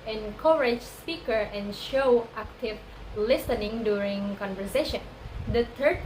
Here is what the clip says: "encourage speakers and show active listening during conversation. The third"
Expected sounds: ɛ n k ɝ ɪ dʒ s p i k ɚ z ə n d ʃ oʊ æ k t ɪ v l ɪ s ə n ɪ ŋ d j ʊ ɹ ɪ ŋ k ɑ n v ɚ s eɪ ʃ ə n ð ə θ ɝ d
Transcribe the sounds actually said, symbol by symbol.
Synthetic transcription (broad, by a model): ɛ n k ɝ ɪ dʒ s p i k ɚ ə n ʃ oʊ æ k t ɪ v l ɪ s ə n ɪ ŋ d j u ɹ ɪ ŋ k ɑ n v ɚ s eɪ ʃ ə n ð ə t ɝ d